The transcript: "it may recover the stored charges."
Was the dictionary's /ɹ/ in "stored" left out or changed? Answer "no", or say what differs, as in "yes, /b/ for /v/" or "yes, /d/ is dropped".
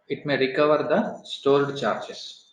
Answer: yes, /l/ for /ɹ/